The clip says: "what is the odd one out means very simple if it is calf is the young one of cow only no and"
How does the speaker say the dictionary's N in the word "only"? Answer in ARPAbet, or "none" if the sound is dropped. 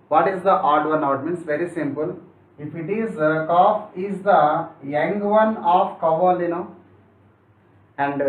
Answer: none